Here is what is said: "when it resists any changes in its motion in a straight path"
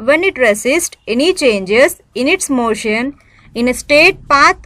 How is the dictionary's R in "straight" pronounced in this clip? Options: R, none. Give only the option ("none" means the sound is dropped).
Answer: none